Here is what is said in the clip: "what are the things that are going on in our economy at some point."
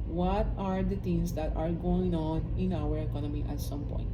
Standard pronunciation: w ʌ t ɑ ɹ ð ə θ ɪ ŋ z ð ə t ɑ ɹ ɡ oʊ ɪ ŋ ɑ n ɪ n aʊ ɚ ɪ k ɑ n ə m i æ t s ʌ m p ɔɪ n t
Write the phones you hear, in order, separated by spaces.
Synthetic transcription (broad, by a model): w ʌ t ɑ ɹ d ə t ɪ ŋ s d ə t ɑ ɹ ɡ oʊ ɪ ŋ ɑ n ɪ n aʊ ɚ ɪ k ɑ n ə m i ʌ t s ʌ m p ɔɪ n t